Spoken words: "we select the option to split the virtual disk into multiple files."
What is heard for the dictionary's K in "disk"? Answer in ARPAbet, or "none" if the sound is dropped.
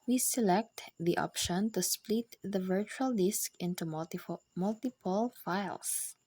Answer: K